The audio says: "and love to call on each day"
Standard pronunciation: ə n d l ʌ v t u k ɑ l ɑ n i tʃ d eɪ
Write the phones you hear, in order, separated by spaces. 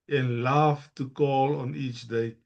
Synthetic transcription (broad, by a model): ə n l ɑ f t u k ɑ l ɑ n i tʃ d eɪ